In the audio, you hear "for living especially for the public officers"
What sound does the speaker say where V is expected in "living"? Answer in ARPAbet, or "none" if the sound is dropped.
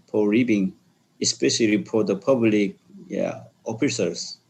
B